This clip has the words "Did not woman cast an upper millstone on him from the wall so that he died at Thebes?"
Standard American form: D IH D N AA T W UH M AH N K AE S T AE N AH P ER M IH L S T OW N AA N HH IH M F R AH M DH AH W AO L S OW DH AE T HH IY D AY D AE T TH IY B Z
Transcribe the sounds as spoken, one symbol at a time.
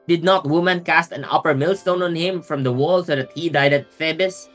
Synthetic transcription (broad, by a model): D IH D N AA T W UH M AH N K AE S T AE N AH P ER M IH L S T OW N AA N HH IH M F R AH M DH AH W AO L S OW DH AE T HH IY D AY D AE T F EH B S